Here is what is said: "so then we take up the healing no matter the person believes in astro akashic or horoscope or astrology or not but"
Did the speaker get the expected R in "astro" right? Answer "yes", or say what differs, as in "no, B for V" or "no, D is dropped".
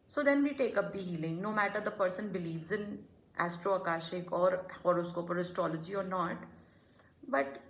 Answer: yes